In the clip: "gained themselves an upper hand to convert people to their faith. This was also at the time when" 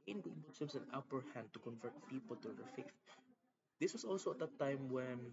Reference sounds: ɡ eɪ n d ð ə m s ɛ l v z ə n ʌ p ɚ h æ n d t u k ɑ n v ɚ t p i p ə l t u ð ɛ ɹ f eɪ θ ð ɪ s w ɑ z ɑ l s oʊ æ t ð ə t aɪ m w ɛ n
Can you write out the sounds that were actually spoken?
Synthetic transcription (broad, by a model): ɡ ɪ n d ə s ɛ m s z ə n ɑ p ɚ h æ n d t u k ɑ n v ɚ t p i p ə l t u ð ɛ ɹ f eɪ θ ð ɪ s w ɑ s ɑ l s oʊ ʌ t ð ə t aɪ m w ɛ n